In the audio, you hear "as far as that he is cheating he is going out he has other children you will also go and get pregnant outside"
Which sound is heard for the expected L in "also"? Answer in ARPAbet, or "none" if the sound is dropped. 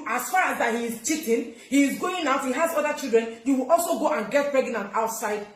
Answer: L